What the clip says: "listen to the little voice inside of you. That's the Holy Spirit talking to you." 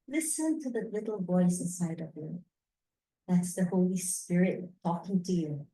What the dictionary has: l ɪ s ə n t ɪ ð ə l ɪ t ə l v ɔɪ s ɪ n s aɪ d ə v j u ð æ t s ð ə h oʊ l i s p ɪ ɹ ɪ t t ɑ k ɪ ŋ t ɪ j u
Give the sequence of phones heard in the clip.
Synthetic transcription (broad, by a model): l ɪ s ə n t ɪ ð ə l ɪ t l v ɔɪ s ɪ n s aɪ d ə v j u ð æ t s ð ə h oʊ l i s p ɪ ɹ ɪ t t ɑ k ɪ ŋ t ɪ j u